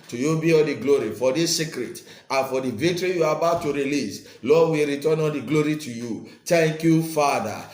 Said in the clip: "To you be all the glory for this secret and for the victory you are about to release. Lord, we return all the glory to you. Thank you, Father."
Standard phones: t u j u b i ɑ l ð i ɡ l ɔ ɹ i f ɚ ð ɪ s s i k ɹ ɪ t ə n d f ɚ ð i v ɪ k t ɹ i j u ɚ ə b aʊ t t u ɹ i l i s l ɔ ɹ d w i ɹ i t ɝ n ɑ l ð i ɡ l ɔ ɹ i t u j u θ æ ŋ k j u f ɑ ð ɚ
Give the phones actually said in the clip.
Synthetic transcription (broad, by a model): t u j u b i ɑ l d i ɡ l ɔ ɹ i f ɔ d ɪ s s i k ɹ ɪ t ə n f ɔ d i v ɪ k t ɹ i j u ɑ ə b aʊ t t u ɹ i l i s l ɔ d w i ɹ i t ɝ n ɑ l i ɡ l ɔ ɹ i t u j u t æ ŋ k j u f ɑ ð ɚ